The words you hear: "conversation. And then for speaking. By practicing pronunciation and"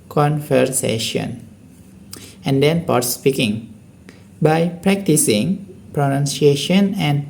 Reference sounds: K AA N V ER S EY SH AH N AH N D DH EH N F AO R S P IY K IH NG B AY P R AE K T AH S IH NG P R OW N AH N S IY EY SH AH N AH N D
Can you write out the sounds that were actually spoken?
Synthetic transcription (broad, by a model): K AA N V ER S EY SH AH N AH N D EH N P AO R S P IY K IH NG B AY P R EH K T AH S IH NG P R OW N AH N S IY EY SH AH N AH N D